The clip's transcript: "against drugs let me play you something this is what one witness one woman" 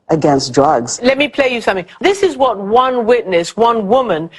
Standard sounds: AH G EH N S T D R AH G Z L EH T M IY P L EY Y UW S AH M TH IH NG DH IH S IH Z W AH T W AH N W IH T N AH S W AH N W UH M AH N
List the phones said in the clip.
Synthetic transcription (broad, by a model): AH G EH N S D R AH G Z L EH T M IY P L EY Y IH S AH M TH IH NG DH IH S IH Z W AH T W AH N W IH T N AH S W AH N W UH M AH N